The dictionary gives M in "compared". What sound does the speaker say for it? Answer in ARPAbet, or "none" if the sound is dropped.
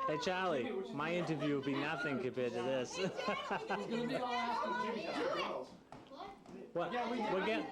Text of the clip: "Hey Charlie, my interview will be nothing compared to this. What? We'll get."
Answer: none